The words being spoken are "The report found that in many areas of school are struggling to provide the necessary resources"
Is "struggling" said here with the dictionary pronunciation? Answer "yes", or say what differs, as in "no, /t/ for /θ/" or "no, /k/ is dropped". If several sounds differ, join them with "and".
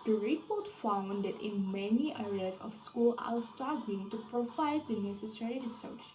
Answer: no, /ɹ/ is dropped and /l/ is dropped